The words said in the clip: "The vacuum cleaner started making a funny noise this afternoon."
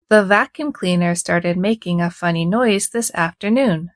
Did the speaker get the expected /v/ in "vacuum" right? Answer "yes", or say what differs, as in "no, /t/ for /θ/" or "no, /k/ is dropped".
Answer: yes